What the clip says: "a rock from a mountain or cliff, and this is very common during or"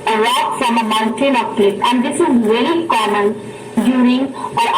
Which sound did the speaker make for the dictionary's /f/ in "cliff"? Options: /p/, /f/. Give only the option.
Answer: /p/